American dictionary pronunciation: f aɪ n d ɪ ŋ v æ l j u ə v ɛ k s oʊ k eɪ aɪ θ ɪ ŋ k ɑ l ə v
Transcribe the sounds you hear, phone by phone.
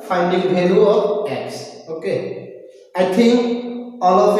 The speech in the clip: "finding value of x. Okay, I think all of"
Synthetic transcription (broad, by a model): f aɪ n d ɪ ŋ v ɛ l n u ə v ɛ k s oʊ k eɪ aɪ t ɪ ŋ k ɑ l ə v